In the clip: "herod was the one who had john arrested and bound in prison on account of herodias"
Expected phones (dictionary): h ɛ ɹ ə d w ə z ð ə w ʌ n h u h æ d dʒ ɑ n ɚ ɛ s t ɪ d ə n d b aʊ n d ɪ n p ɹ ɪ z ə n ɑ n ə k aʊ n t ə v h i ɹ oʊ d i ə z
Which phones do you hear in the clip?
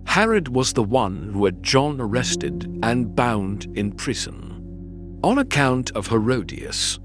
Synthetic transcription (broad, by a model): h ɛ ɹ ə d w ə z ð ə w ʌ n h u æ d dʒ ɑ n ɚ ɛ s t ɪ d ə n b aʊ n d ɪ n p ɹ ɪ z ə n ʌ n ə k aʊ n t ə v h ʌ ɹ oʊ d i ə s